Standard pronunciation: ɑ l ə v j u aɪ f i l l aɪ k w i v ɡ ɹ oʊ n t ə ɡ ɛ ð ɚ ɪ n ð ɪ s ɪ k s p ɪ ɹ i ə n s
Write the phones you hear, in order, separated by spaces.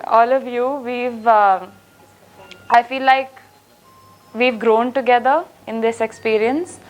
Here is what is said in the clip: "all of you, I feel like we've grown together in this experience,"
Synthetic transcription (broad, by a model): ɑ l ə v j u aɪ f i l l aɪ k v i v ɡ ɹ oʊ n t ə ɡ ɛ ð ɚ ɪ n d ɪ s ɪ k s p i ɹ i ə n s